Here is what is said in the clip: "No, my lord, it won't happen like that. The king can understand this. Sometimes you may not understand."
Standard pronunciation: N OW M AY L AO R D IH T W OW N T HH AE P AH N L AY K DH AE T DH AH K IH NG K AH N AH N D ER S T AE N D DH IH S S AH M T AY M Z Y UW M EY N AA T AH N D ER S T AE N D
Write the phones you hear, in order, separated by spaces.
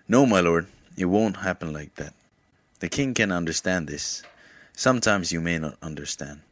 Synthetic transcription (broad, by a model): N OW M AY L AO R D IH T W OW N T HH AE P AH N L AY K DH AE T DH AH K IH NG K AH N AH N D ER S T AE N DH IH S S AH M T AY M Z Y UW M EY N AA T AH N D ER S T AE N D